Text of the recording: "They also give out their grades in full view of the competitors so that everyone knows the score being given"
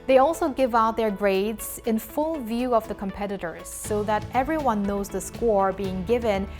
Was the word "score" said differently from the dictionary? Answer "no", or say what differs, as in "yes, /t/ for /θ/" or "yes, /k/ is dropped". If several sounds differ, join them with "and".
no